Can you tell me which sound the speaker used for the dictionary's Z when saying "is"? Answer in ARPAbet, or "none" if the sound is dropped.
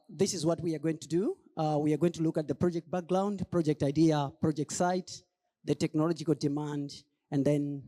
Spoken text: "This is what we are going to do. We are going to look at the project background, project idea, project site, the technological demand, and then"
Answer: Z